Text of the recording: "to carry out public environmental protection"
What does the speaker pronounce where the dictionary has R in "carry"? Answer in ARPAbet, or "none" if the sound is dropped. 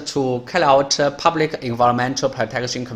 L